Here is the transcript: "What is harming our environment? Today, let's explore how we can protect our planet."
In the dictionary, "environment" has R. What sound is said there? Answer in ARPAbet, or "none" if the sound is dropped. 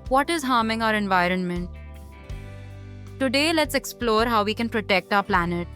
R